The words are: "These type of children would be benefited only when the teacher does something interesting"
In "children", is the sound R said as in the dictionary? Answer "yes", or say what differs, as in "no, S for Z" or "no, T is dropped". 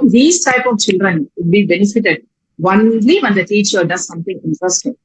yes